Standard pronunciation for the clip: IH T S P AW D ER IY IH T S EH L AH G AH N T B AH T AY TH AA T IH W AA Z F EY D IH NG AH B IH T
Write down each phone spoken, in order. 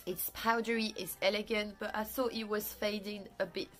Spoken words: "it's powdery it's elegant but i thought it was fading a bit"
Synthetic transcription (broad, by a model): IH T S P AW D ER IY IH T S EH L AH G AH N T B AH T AY TH AA T IH W AA Z F EY D IH NG AH B IH T